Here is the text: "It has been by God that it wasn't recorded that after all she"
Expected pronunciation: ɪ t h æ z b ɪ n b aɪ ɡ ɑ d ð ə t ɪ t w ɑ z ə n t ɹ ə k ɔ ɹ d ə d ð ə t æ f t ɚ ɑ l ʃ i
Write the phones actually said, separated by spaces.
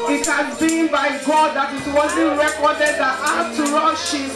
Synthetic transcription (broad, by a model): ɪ t h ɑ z b ɪ n b aɪ ɡ ɑ d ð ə t ɪ t w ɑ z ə n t ɹ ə k ɔ d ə d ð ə t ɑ t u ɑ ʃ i